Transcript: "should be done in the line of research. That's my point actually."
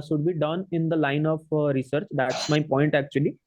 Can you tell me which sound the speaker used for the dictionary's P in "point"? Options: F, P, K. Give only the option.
P